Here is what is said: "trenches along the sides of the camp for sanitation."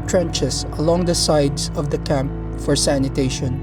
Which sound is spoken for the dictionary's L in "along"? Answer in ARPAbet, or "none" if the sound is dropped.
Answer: L